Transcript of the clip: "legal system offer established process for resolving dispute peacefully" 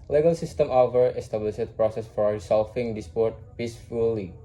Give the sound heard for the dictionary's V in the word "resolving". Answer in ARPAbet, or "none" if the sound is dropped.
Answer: F